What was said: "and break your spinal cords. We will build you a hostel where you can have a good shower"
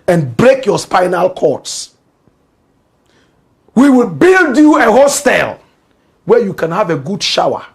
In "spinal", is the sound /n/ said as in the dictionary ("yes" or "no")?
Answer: yes